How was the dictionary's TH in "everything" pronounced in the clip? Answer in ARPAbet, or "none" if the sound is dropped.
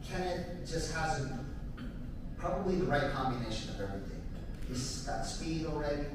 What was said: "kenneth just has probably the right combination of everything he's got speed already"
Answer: TH